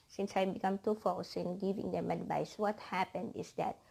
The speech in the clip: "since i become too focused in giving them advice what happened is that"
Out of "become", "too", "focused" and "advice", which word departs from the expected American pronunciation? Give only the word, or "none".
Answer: focused